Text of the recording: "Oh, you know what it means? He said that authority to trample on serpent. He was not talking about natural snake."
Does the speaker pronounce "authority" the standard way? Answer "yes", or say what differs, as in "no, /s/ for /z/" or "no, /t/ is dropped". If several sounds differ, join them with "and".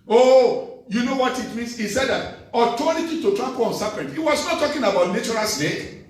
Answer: no, /t/ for /θ/